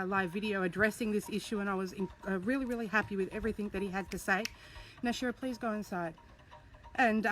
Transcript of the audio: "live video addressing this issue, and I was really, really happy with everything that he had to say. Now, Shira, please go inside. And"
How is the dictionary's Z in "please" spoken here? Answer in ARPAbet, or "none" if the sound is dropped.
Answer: Z